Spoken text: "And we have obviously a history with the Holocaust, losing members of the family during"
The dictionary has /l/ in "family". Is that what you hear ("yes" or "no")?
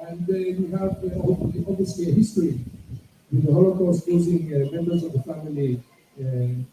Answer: no